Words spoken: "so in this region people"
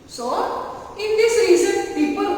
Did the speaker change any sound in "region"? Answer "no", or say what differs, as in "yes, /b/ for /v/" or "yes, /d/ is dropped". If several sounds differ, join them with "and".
yes, /z/ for /dʒ/